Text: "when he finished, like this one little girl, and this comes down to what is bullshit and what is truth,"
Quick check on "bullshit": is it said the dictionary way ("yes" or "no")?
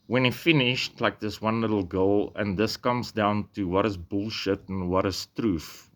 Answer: yes